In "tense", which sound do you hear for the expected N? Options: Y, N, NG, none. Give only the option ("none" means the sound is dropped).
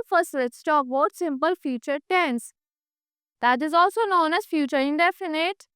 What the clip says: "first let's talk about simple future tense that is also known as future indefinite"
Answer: N